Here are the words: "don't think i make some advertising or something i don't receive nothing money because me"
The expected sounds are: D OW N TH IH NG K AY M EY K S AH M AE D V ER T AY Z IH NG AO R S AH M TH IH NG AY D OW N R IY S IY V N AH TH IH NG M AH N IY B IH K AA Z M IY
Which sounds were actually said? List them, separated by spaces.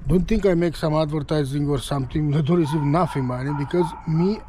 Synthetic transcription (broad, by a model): D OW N T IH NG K AY M EY K S AH M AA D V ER T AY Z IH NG AO R S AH M T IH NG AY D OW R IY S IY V N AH F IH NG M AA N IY B IH K AA Z M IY